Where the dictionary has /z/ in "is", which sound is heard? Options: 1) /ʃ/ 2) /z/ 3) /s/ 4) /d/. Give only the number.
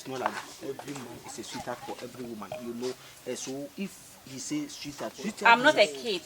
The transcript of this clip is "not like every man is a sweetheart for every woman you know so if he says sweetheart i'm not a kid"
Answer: 3